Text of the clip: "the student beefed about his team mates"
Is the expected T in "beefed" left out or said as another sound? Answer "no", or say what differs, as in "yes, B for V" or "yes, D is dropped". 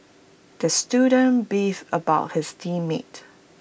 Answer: yes, T is dropped